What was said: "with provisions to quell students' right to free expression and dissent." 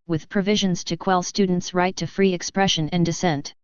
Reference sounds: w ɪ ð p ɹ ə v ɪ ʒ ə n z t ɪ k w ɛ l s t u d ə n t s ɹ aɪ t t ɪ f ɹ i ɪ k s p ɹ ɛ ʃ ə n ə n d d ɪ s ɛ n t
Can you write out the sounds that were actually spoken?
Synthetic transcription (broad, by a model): w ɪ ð p ɹ ə v ɪ ʒ ə n z t ɪ k w ɛ l s t u d n t s ɹ aɪ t t ɪ f ɹ i ɪ k s p ɹ ɛ ʃ ə n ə n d d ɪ s ɛ n t